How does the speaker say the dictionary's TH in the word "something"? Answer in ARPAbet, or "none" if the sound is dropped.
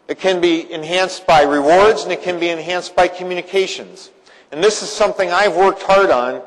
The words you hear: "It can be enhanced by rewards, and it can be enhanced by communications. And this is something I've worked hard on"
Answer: TH